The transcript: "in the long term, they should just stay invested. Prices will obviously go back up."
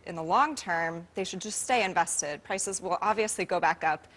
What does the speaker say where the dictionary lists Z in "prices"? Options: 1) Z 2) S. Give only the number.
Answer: 1